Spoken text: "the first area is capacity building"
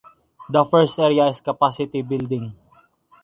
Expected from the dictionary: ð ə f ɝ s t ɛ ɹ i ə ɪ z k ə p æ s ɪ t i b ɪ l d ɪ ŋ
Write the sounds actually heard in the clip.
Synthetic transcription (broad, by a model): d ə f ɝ s t ɛ ɹ i ə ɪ s k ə p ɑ s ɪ t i b ɪ l d ɪ ŋ